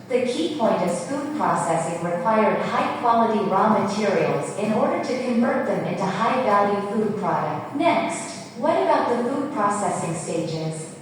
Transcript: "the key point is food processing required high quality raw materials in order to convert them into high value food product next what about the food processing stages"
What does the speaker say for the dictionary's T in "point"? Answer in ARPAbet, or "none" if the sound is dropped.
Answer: T